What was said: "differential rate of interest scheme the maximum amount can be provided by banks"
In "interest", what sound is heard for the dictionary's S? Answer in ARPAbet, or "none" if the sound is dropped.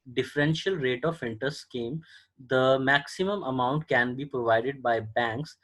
none